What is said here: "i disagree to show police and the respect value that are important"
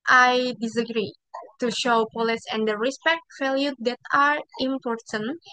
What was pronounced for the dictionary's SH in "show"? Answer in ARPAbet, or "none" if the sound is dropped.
SH